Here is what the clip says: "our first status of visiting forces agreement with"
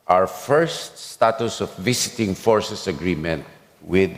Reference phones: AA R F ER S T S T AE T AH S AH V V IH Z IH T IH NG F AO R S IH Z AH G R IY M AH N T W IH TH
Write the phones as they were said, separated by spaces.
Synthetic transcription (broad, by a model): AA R F ER S T S T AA T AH S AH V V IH S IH T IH NG F AO R S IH S AH G R IY M AH N T W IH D